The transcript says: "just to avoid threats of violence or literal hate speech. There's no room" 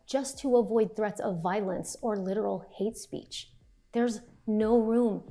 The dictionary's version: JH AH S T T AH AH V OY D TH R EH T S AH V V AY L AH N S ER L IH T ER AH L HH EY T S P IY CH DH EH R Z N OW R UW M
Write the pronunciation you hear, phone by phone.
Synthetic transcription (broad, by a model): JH AH S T T AH AH V OY D TH R EH T S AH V V AY L AH N S ER L IH T ER L HH EY T S P IY CH DH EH R Z N OW R UW M